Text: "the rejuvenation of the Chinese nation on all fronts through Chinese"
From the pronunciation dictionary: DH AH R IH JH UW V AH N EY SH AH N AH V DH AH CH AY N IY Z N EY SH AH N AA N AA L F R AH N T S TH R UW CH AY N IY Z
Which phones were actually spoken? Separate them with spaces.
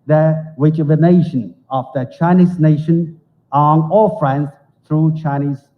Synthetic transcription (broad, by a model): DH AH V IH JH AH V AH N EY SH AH N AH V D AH CH AY N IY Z N EY SH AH N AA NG AA L F R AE N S T R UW CH AY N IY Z